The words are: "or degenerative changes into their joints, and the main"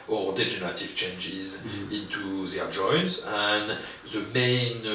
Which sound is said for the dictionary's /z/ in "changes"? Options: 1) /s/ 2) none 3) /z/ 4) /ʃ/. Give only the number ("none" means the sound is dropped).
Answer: 3